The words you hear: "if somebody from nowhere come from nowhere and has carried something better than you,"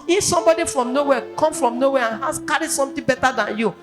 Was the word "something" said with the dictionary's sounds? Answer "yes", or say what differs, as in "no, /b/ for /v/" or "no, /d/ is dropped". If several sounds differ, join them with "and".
no, /t/ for /θ/